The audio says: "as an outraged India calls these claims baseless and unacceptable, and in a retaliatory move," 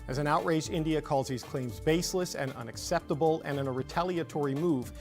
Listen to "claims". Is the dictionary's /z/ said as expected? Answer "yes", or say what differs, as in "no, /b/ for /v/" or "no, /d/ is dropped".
yes